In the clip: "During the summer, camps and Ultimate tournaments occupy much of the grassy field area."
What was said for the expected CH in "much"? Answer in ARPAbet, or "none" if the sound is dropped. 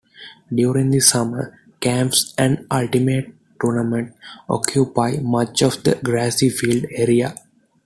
CH